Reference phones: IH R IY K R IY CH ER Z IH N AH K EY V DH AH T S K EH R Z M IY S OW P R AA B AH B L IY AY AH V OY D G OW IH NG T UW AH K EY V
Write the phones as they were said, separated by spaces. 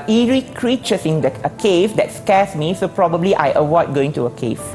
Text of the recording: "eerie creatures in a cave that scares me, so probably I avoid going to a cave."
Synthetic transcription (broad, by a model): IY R IY K R IY CH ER S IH N AH K EY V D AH T S K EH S M IY S OW P R AA B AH B L IY AY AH W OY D G OW IH NG T UW AH K EY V